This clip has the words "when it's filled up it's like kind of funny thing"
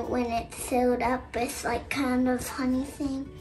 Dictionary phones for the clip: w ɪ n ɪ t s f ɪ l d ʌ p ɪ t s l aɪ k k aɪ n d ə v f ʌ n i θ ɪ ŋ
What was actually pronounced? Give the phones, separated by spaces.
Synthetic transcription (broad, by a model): w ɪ n ɪ t s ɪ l d ʌ p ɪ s l aɪ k k aɪ n d ə v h ʌ n i θ ɪ ŋ